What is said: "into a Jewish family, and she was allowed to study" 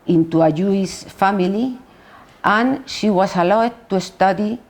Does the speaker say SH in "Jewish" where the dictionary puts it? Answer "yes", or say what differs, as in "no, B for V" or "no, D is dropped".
no, S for SH